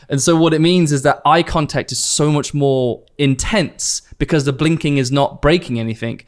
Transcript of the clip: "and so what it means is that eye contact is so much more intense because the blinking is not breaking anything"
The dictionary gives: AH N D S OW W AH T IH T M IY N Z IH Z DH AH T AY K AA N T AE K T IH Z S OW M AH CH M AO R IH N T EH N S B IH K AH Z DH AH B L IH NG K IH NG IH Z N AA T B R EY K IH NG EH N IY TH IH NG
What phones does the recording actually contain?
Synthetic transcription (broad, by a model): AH N S OW W AH T IH T M IY N Z IH Z DH AH T AY K AA N T AE K T IH Z S OW M AH CH M AO R IH N T EH N S B IH K AH Z DH AH B L IH NG K IH NG IH Z N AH T B R EY K IH NG EH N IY TH IH NG